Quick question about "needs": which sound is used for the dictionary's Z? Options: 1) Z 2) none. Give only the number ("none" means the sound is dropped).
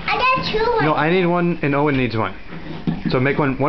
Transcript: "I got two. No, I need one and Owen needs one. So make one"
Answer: 1